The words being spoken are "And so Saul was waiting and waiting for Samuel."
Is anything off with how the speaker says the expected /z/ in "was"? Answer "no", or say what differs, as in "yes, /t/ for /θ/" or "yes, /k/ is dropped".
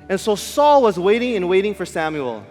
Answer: no